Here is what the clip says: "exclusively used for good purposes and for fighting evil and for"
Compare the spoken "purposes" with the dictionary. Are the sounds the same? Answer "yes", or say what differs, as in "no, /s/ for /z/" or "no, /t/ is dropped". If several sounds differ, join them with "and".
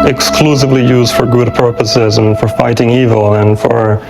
yes